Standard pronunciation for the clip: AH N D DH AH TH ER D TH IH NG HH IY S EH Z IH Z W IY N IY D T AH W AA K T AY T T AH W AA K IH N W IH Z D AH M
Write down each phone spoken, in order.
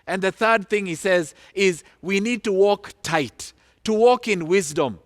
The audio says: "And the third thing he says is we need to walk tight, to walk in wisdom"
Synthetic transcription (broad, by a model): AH N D DH AH TH ER D TH IH NG HH IY S EH Z IH Z W IY N IY D T AH W AA K T AY T T AH W AA K IH N W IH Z D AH M